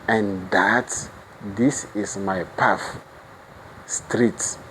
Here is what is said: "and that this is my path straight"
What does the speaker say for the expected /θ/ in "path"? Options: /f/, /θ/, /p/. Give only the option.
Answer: /f/